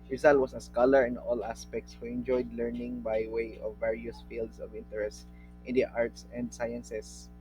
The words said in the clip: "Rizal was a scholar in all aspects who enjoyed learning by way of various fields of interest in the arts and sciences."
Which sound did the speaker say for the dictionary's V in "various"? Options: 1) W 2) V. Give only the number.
2